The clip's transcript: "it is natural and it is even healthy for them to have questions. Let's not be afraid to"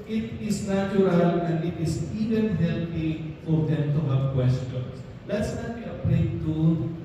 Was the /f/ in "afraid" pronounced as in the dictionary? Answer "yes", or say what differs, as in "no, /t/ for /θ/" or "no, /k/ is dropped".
no, /p/ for /f/